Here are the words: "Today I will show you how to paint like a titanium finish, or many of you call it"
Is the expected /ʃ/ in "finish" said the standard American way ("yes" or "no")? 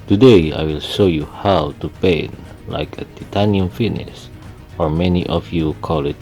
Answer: no